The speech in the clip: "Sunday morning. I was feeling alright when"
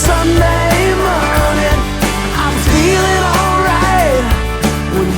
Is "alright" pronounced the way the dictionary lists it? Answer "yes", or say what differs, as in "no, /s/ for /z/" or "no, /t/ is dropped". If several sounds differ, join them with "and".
yes